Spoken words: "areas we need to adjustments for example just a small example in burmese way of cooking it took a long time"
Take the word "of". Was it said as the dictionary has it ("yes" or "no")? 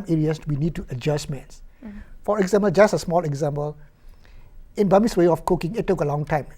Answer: no